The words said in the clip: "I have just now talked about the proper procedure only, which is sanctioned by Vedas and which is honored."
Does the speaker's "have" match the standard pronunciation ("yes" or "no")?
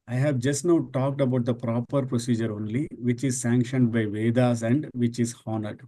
yes